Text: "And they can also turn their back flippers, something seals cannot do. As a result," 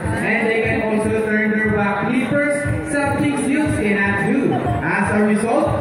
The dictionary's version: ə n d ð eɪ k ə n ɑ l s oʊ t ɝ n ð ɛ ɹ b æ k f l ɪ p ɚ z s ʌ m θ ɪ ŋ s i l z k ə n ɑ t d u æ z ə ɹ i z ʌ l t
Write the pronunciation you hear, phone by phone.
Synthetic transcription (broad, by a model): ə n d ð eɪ k ə n ɑ l s oʊ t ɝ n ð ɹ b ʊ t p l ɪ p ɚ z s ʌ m t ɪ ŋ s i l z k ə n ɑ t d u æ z ə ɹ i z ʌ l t